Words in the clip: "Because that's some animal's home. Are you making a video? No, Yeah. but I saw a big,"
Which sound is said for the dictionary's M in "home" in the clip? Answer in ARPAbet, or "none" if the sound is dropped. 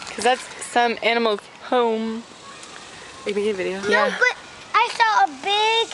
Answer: none